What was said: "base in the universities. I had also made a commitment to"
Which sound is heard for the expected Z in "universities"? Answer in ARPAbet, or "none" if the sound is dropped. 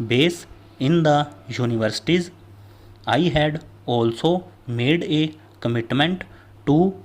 Z